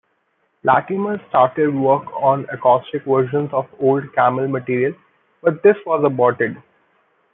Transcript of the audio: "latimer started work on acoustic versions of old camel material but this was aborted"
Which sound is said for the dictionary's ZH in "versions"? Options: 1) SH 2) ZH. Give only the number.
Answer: 1